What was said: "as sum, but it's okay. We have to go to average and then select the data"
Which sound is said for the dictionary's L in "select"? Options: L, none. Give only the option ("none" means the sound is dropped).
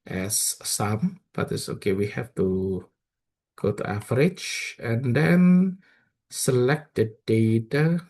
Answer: L